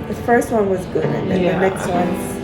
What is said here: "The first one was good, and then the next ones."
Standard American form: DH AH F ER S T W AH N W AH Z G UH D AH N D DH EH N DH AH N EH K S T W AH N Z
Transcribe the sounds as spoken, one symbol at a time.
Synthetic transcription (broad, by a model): DH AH F ER S T W AH N W AH Z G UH AH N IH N DH AH N EH K S T W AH N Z